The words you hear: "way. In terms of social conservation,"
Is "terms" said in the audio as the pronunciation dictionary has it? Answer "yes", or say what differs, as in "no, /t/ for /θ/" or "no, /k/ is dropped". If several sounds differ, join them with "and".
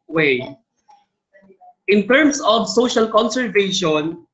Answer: no, /s/ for /z/